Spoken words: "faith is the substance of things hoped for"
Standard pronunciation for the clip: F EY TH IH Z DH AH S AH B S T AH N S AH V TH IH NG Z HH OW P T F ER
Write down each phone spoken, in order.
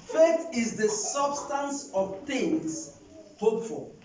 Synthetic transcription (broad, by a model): F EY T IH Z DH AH S AH B S T AH N S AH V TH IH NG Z HH OW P F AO